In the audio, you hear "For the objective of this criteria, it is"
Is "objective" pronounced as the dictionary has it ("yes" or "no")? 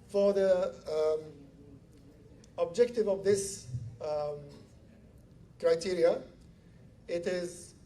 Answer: yes